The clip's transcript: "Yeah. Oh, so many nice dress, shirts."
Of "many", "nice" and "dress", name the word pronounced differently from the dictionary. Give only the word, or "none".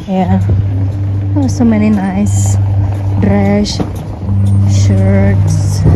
dress